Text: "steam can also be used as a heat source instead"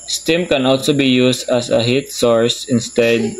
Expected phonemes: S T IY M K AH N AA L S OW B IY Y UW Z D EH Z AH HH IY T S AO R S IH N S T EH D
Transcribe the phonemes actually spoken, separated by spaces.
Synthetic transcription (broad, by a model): S T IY M K AH N AA L S OW B IY Y UW S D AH S AH HH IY T S AO R S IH N S T EH D